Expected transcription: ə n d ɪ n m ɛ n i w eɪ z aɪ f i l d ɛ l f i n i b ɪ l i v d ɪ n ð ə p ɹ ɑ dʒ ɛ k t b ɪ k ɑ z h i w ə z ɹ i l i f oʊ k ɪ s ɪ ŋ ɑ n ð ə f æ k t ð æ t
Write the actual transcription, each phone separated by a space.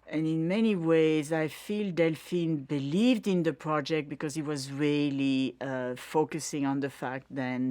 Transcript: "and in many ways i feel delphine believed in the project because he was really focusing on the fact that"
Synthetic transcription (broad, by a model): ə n ɪ n m ɛ n i w eɪ z aɪ f i l d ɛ l f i n b ɪ l i v d ɪ n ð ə p ɹ ɑ dʒ ɛ k t b ɪ k ɑ z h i w ə z ɹ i l i f oʊ k ɪ s ɪ ŋ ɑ n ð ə f æ k t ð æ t